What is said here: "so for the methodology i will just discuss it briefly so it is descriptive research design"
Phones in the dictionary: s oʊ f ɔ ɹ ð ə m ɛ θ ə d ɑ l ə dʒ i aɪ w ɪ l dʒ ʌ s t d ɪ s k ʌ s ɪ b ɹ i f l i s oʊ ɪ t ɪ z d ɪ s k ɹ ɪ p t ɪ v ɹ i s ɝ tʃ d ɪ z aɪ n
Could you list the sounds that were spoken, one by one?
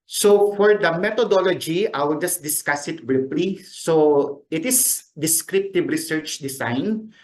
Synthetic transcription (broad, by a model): s oʊ f ɔ ɹ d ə m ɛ t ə d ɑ l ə dʒ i aɪ w ɪ l dʒ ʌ s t d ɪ s k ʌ s ɪ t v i p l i s oʊ ɪ t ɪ s d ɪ s k ɹ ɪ p t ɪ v ɹ i s ɝ tʃ d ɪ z aɪ n